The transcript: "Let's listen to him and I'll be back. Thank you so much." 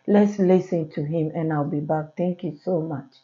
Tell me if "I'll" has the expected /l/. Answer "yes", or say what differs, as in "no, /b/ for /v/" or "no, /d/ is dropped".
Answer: yes